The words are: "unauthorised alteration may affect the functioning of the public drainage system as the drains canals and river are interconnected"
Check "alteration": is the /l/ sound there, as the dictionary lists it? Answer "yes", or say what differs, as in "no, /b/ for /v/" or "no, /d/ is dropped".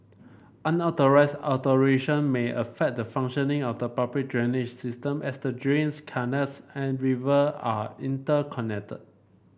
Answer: no, /l/ is dropped